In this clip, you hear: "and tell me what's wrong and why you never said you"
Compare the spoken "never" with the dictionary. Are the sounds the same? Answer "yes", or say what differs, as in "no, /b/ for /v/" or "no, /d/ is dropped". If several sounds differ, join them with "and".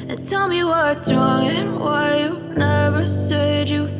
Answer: yes